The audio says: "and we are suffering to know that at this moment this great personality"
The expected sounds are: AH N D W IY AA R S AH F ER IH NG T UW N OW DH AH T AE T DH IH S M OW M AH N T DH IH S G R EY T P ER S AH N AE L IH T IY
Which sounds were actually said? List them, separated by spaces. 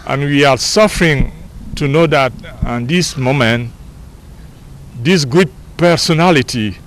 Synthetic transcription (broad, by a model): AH N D W IY AA R S AH F ER IH NG T UW N OW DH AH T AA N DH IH S M OW M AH N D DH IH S G UW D P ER S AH N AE L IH T IY